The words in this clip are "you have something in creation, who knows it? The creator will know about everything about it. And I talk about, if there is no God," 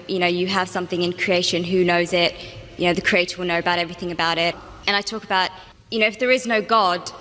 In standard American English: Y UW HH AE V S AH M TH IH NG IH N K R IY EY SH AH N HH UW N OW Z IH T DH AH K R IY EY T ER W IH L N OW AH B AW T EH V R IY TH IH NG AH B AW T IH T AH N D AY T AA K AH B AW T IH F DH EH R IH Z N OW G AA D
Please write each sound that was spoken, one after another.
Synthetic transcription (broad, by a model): Y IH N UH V S AH M TH IH NG IH N K R IY EY SH AH N HH UW N OW Z IH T DH AH K R IY EY T ER W IH L N OW AH B AW T EH V R IY TH IH NG AH B AW T IH T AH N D AY T AA K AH B AW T IH F DH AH R IH Z N OW G AA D